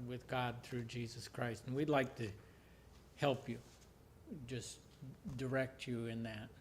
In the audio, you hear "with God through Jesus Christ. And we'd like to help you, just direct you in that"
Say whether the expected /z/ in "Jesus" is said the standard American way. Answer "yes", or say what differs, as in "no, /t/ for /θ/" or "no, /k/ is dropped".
yes